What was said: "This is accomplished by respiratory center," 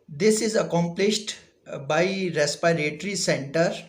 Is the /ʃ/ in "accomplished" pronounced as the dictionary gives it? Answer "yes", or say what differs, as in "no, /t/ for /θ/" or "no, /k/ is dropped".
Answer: yes